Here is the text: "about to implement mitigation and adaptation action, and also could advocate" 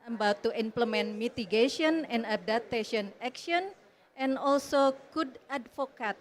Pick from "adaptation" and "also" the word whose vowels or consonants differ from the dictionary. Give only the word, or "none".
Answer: adaptation